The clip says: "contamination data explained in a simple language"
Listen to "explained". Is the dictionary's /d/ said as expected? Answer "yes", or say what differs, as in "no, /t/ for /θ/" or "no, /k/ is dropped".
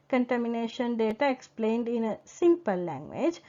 yes